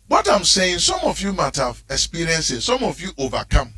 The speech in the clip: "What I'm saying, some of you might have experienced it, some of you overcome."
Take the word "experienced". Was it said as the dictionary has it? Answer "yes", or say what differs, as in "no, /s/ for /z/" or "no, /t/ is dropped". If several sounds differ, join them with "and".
no, /t/ is dropped